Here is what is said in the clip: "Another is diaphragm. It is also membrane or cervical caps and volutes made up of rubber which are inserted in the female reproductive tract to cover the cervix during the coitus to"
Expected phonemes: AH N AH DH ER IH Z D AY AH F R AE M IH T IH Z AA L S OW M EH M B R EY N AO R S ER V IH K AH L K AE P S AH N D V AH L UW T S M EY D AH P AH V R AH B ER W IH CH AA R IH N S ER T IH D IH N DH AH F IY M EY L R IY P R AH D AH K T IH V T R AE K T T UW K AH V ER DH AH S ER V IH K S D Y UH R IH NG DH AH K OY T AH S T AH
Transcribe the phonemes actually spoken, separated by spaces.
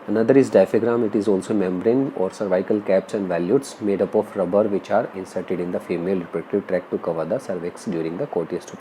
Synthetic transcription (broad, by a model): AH N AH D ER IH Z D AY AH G R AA M IH T IH Z AA L S OW M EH M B R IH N AO R S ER V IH K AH L K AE P S AH N D V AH L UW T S M EY D AH P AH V R AH B ER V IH CH AA R IH N S ER T IH D IH N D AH F IY M EY L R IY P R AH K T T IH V T R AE K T T UW K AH V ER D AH S ER V IH K S D Y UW R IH NG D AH K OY T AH S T